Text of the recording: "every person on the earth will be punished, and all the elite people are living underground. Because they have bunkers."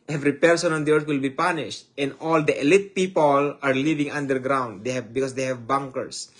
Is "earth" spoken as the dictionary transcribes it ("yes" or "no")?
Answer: no